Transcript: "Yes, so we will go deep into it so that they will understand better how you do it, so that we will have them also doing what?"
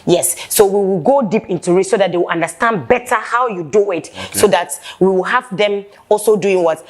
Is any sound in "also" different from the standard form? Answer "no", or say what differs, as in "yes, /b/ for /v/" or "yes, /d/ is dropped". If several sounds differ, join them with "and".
no